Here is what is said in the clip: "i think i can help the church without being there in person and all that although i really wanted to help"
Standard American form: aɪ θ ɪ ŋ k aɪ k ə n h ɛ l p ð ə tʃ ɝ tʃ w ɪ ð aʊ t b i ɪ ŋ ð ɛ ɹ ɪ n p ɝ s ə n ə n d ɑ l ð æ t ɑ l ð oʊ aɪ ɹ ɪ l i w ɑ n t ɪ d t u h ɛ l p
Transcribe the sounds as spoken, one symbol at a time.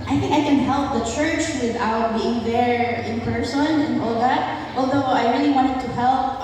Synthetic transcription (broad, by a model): aɪ θ ɪ ŋ k aɪ k ə n h ɛ l p ð ə tʃ ɝ tʃ w ɪ ð aʊ t b i ɪ ŋ ð ɛ ɹ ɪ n p ɝ s ə n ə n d ɑ l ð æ t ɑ l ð oʊ aɪ ɹ ɪ l i w ɑ n t ɪ d t u h ɛ l p